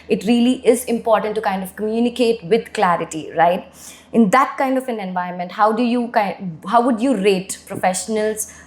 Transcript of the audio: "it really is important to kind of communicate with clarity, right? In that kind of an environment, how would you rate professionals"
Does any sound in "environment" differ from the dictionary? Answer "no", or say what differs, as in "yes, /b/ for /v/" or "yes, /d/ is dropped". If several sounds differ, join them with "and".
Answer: yes, /ɹ/ is dropped